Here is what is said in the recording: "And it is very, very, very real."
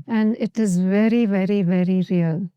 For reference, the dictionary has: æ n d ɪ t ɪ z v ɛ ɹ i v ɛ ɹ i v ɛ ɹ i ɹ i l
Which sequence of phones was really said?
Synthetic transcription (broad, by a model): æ n d ɪ t ɪ z v ɛ ɹ i v ɛ ɹ i v ɛ ɹ i ɹ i l